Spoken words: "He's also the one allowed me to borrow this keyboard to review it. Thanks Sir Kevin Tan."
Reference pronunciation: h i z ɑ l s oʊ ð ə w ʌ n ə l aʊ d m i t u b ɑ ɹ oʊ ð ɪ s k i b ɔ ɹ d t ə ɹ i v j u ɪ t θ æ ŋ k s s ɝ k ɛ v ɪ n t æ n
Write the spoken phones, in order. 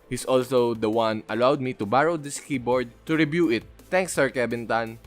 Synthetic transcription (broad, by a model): h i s ɑ l s oʊ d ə w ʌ n ə l aʊ d m i t u b ɑ ɹ oʊ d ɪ s k i b ɔ ɹ d t ə ɹ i b j u ɪ t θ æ ŋ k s s ɝ k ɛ b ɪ n t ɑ n